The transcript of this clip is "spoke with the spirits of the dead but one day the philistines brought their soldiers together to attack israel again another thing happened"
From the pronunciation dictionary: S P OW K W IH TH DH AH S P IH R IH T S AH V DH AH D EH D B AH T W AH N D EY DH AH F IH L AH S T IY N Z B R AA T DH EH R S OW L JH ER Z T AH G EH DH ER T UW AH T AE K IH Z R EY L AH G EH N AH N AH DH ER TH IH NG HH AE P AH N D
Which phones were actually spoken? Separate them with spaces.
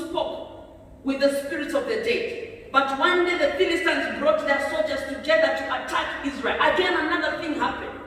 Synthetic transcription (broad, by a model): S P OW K W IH DH AH S P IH R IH T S AH V DH AH D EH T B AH T W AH N D EY DH AH F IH L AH S T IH N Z B R AA T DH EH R S OW L JH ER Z T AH G EH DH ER T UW AH T AE K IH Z R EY L AH G EH N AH N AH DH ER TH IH NG HH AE P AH N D